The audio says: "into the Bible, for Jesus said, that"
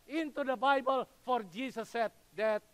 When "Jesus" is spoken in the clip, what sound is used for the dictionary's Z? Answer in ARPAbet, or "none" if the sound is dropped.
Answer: S